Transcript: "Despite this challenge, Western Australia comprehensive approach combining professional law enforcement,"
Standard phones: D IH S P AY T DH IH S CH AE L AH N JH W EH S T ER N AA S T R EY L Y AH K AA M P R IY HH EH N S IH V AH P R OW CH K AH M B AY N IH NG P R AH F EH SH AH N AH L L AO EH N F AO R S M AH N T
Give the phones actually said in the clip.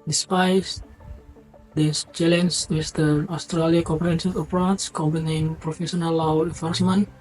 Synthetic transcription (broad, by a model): D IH S P AY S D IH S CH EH L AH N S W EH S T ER AA S T R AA L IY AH K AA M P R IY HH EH N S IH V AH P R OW S K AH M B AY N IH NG P R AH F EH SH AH N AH L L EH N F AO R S M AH N